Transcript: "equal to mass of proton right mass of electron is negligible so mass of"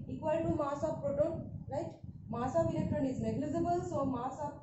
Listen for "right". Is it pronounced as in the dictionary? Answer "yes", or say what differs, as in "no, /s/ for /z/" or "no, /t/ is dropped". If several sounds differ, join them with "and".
no, /l/ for /ɹ/